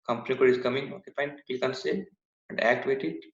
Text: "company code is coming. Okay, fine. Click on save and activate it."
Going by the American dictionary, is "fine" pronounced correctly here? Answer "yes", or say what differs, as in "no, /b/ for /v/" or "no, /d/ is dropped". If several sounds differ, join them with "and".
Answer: no, /p/ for /f/